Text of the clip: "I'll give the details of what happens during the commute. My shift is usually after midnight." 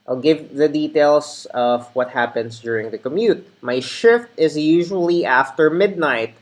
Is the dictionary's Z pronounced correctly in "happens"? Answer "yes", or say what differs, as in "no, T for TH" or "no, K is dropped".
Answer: no, S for Z